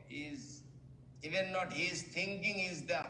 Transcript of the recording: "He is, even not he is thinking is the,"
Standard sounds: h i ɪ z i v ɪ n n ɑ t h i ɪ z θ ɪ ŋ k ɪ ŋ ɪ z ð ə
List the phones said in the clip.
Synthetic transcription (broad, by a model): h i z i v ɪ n n ɑ t h i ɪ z t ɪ ŋ k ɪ ŋ ɪ z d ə